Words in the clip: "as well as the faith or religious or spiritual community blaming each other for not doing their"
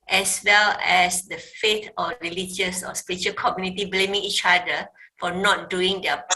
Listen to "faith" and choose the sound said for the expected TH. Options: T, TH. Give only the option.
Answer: T